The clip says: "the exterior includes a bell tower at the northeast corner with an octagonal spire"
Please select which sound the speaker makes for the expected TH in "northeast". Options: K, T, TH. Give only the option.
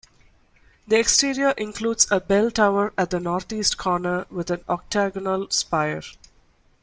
T